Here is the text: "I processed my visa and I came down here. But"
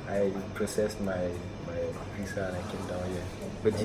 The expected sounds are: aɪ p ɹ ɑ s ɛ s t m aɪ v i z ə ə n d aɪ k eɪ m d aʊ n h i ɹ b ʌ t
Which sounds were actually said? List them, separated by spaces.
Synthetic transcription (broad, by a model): aɪ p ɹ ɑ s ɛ s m m aɪ p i s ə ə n aɪ k eɪ m d aʊ n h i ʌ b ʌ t